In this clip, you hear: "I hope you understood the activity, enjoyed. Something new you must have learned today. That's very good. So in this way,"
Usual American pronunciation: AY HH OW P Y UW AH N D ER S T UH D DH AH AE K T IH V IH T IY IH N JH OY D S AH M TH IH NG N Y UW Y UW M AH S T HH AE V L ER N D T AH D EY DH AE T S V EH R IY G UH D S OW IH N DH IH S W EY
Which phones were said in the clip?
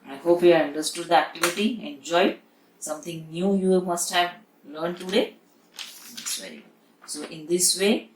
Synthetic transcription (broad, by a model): AY HH OW P Y UW AH N D ER S T UH D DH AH AE K T IH V IH T IY IH N JH OY D S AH M T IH NG N Y UW Y UW M AH S T HH AE V L ER N D T AH D EY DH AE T S V EH R IY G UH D S OW IH N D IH S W EY